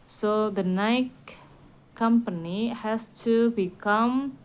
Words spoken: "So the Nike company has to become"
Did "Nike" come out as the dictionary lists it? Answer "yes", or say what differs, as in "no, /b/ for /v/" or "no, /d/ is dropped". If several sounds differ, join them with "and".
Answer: no, /k/ is dropped